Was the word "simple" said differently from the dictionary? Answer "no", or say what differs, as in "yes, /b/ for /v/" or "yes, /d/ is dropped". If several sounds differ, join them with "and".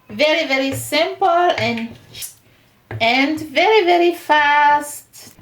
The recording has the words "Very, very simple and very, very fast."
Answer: yes, /n/ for /l/